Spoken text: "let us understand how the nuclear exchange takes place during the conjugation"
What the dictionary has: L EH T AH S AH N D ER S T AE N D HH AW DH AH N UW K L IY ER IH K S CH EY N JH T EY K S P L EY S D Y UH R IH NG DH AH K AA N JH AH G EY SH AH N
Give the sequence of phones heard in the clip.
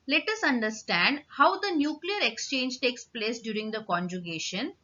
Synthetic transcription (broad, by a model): L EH T AH S AH N D ER S T AE N D HH AW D AH N UW K L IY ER IH K S CH EY N JH T EY K S P L EY S D Y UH R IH NG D AH K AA N JH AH G EY SH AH N